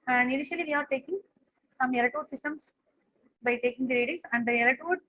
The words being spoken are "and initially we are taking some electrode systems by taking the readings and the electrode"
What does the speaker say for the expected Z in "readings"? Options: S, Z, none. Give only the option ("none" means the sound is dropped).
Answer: S